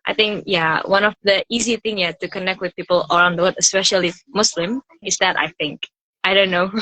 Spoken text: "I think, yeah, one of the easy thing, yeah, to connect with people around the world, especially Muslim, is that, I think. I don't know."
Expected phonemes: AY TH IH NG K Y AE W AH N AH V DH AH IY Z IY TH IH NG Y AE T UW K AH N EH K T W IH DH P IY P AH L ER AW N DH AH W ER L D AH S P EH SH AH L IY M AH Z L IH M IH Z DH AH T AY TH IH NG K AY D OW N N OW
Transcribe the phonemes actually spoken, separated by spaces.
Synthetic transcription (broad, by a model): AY TH IH NG K Y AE W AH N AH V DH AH IY Z IY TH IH NG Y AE T UW K AH N EH K T W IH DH P IY P AH L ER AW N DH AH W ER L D AH S P EH SH AH L IY M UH S L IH M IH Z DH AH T AY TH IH NG K AY D OW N N OW